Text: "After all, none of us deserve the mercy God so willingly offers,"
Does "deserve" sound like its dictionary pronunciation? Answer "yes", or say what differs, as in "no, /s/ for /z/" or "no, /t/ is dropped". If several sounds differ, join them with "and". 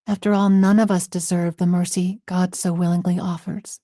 yes